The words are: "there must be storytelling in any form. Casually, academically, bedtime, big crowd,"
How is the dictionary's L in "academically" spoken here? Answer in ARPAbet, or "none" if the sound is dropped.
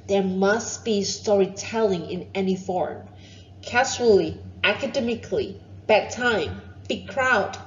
L